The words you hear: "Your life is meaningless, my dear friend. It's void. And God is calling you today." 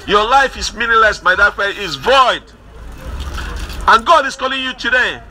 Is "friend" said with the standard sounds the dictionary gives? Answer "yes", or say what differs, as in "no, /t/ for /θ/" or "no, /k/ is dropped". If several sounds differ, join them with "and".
no, /ɹ/ is dropped